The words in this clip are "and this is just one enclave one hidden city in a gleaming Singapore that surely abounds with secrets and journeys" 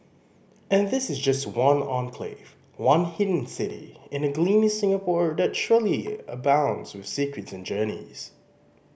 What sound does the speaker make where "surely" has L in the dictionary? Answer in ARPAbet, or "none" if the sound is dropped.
L